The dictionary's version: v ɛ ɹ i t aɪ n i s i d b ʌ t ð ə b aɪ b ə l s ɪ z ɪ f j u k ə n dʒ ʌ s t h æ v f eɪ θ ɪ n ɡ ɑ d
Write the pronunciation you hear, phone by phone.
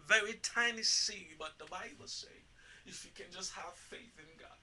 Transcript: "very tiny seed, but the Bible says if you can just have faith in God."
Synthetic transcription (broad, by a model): v ɛ ɹ i t aɪ n i s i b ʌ t ð ə b aɪ b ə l s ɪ ɪ f j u k ə n dʒ ʌ s t h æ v f eɪ θ ɪ n ɡ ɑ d